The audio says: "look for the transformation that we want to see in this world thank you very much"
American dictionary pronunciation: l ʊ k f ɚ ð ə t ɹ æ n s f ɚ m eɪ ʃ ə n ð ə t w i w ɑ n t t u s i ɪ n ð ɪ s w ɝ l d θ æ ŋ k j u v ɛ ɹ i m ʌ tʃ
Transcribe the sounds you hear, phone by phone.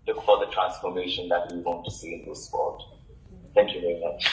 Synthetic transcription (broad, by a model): l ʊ k f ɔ ð ə t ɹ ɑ n s f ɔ m eɪ ʃ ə n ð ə t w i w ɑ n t t u s i ɪ n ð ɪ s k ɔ d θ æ ŋ k j u v ɛ ɹ i m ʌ tʃ